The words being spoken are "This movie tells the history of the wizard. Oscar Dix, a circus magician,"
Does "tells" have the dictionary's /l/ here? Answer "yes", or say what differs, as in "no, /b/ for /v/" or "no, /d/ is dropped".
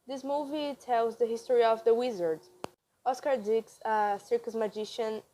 yes